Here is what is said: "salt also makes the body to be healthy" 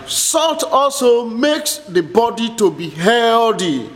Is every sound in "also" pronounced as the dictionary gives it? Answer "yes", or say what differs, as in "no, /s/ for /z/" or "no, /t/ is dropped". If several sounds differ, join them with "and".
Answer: yes